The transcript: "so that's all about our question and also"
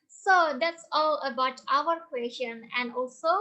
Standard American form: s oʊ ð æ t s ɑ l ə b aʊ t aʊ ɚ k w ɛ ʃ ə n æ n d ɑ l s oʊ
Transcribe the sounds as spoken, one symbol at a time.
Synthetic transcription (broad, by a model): s oʊ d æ t s ɑ l ə b aʊ t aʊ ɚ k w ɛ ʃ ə n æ n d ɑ l s oʊ